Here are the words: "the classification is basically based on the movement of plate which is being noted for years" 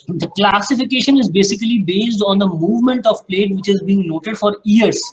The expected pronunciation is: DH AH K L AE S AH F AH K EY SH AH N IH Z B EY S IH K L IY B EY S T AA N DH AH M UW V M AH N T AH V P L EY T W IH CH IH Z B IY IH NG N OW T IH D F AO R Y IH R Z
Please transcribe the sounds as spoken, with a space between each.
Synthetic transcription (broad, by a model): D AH K L AE S AH F AH K EY SH AH N IH Z B EY S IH K L IY B EY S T AA N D AH M UW V M AH N T AH V P L EY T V IH CH IH Z B IY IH NG N OW T IH D F AO R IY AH R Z